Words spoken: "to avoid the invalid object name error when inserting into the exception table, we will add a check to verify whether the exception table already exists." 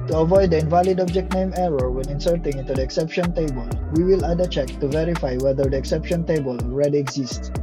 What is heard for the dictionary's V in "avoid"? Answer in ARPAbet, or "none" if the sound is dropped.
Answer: V